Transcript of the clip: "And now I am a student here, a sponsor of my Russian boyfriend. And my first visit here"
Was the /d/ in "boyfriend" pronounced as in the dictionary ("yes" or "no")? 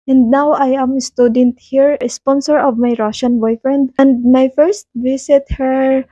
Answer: yes